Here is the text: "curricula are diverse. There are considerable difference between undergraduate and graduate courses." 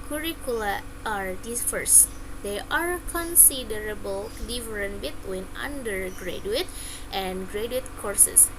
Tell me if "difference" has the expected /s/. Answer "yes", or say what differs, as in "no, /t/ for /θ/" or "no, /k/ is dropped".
no, /s/ is dropped